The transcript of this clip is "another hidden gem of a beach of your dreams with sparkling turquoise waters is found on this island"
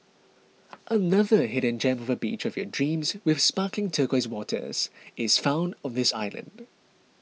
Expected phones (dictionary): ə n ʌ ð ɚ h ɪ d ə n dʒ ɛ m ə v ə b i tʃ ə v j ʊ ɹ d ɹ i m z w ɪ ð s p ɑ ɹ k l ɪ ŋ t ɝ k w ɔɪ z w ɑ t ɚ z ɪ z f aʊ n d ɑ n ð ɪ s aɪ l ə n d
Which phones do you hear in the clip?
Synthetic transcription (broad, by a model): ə n ʌ ð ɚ h ɪ d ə n dʒ ɛ m ə v ə b i tʃ ə v j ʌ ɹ d ɹ i m z w ɪ ð s p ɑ k l ɪ ŋ t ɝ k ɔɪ z w ɑ t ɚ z ɪ z f aʊ n d n ð ɪ s aɪ l ə n d